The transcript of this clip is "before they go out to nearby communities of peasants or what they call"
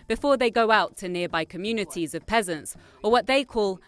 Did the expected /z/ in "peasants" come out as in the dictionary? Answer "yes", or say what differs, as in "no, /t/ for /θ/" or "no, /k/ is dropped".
yes